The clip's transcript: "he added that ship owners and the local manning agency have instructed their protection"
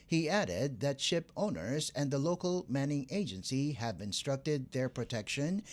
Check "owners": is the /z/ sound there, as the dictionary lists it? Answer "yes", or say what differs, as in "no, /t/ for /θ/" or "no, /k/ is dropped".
yes